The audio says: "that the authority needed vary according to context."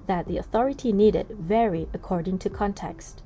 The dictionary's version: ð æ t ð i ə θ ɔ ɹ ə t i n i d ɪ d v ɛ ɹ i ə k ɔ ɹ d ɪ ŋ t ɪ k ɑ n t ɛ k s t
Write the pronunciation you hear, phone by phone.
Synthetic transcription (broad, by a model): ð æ t ð i ə θ ɔ ɹ ə t i n i d ɪ d v ɛ ɹ i ə k ɔ ɹ d ɪ ŋ t ɪ k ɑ n t ɛ k s t